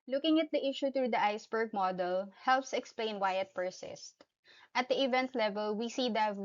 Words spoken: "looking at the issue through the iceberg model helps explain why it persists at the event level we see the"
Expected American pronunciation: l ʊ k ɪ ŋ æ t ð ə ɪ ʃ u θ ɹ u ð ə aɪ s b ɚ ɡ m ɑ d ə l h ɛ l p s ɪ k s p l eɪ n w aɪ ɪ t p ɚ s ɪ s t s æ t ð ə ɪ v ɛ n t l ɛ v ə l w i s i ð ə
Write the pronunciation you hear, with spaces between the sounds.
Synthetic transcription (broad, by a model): l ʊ k ɪ ŋ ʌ t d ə ɪ ʃ u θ ɹ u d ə aɪ s b ɚ ɡ m ɑ d ə l h ɛ l p s ɪ k s p l eɪ n w aɪ ɪ t p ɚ s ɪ s t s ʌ t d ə ɪ v ɛ n t l ɛ v ə l w i s i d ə